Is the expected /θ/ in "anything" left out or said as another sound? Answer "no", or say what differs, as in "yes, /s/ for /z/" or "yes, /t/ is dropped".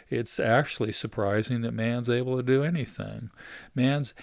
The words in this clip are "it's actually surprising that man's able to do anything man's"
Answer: no